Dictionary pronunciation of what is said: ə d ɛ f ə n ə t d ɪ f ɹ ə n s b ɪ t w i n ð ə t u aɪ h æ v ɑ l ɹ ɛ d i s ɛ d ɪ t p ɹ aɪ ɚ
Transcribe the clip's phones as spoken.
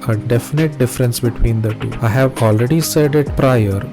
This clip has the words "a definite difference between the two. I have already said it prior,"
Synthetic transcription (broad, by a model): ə d ɛ f ə n ə t d ɪ f ɹ ə n s b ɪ t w i n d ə t u aɪ h æ v ɑ l ɹ ɛ d i s ɛ d ɪ t p ɹ aɪ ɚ